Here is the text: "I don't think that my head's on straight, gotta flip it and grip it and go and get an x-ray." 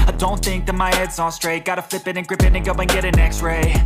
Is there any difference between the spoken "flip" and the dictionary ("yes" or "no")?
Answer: no